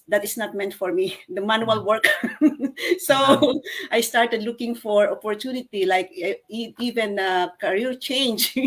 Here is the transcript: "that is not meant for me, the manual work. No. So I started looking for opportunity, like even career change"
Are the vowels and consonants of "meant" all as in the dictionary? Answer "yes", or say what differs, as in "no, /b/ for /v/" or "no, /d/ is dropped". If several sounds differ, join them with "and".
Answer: yes